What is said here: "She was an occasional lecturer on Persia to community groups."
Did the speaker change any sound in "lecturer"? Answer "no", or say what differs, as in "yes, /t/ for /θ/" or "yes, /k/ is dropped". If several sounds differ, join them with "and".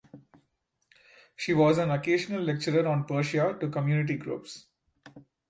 no